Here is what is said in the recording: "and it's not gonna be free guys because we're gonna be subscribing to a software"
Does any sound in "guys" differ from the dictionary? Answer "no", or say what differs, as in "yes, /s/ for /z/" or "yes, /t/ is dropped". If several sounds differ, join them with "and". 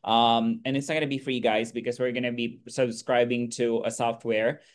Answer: no